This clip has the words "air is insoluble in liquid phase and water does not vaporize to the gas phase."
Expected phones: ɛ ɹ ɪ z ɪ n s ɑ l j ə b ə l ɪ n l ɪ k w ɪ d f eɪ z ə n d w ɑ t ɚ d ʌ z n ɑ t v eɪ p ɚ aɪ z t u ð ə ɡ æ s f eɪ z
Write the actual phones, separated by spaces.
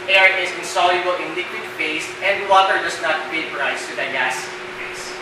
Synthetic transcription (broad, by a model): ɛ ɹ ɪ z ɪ n s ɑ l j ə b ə l ɪ n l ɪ k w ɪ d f eɪ s ə n d w ɑ t ɚ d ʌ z n ɑ t f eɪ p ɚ aɪ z t u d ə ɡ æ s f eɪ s